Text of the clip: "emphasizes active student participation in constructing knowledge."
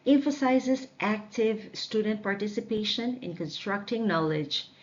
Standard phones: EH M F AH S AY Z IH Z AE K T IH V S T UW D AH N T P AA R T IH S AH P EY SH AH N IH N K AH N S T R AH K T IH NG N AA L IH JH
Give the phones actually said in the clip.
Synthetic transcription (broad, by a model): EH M F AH S AY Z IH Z AE K T IH V S T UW D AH N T P AA R T IH S AH P EY SH AH N IH N K AH N S T R AH K T IH NG N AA L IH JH